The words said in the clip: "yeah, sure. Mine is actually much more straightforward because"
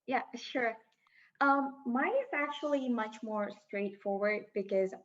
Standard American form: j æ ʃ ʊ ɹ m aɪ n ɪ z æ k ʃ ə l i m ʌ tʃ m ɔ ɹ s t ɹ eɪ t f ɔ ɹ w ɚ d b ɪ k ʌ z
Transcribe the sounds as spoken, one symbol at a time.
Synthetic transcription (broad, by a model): j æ ʃ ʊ ɹ m aɪ ɪ z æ k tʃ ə l i m ʌ tʃ m ɔ ɹ s t ɹ eɪ t f ɔ ɹ w ɚ d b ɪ k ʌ z